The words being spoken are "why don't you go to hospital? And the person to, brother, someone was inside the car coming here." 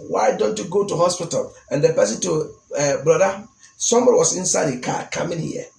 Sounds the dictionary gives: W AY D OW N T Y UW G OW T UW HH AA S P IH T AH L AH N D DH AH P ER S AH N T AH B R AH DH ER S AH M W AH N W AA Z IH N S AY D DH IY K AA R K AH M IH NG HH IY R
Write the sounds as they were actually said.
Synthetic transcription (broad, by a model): W AY D OW N T Y UW G OW T UW HH AA S P IH T AH L AH N D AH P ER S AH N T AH B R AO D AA S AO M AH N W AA S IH N S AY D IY K AA K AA M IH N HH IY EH